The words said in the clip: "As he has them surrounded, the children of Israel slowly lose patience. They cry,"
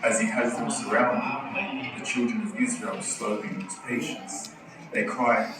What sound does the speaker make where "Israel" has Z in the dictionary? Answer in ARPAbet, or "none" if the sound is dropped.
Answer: Z